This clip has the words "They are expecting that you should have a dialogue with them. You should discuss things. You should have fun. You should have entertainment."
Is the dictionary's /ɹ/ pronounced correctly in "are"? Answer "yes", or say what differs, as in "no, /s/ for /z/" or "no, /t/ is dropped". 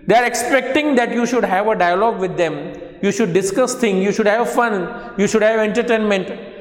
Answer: yes